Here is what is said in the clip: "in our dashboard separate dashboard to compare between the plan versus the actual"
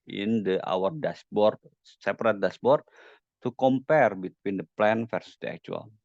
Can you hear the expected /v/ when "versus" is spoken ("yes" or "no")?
no